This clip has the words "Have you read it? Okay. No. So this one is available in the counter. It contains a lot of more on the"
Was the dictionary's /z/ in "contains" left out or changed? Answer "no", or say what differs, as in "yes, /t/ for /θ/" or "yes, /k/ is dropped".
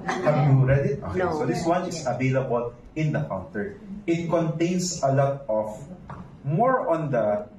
yes, /s/ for /z/